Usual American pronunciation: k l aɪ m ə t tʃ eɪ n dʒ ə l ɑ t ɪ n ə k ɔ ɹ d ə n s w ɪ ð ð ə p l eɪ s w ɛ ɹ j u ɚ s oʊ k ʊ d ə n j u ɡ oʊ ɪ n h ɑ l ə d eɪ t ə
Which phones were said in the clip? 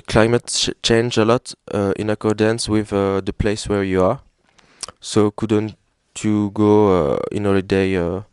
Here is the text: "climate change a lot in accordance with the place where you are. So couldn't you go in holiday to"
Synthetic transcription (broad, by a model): k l aɪ m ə t tʃ eɪ n dʒ ə l ɑ t ɪ n ə k ɔ ɹ d ə n s w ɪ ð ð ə p l eɪ s w ɛ ɹ j u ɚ s oʊ k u d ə n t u ɡ oʊ ɪ n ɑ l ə d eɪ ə